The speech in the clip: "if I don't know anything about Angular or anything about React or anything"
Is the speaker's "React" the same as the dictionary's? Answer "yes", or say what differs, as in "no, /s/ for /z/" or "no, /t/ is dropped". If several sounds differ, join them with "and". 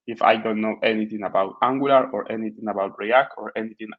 no, /t/ is dropped